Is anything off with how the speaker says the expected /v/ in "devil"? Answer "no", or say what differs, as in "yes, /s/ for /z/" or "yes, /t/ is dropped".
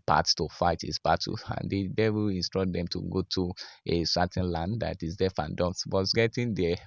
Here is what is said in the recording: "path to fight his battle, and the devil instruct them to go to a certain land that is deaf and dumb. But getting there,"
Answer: yes, /w/ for /v/